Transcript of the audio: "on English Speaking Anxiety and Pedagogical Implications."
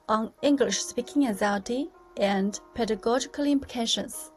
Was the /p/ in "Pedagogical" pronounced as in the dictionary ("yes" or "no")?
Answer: yes